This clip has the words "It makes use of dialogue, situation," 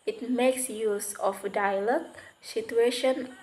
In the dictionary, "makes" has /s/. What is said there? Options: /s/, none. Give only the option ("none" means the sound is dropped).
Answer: /s/